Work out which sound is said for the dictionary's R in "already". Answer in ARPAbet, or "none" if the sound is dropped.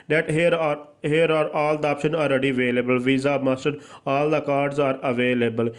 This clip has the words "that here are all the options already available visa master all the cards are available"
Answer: R